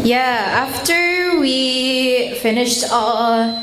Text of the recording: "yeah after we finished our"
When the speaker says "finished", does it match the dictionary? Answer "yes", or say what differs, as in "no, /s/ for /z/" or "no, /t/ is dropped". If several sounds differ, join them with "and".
yes